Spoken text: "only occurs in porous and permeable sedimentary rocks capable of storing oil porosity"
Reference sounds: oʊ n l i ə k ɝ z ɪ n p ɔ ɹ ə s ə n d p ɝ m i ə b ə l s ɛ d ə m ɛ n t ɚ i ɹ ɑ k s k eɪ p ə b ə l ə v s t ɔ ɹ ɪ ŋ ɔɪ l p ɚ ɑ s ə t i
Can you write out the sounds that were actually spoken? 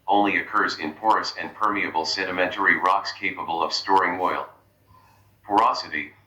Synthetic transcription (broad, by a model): oʊ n l i ə k ɝ z ɪ n p ɔ ɹ ə s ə n p ɝ m i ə b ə l s ɛ d ə m ɛ n t ɚ i ɹ ɑ k s k eɪ p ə b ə l ə v s t ɔ ɹ ɪ ŋ ɔɪ l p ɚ ɑ s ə t i